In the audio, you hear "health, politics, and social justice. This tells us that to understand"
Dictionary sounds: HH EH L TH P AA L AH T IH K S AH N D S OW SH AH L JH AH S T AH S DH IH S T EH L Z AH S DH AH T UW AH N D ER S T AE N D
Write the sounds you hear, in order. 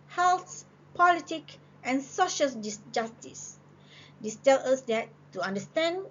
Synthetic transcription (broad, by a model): HH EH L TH P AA L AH T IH K AH N S OW SH AH L JH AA S T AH S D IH S T EH L AH S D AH T UW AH N D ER S T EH N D